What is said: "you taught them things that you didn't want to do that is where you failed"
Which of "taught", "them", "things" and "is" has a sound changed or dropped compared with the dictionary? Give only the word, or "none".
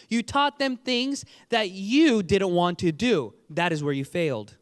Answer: none